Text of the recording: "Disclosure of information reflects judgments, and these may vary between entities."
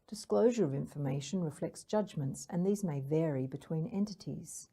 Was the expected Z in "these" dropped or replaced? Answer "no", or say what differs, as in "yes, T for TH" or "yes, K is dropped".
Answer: no